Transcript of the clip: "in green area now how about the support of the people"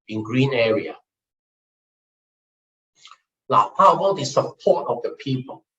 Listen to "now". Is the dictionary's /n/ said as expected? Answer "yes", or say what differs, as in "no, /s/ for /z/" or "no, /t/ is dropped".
no, /l/ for /n/